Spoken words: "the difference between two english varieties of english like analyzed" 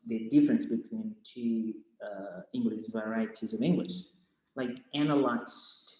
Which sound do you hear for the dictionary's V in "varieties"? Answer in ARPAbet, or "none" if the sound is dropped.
V